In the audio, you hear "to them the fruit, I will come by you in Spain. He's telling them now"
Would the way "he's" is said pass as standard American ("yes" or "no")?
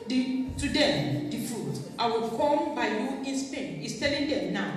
no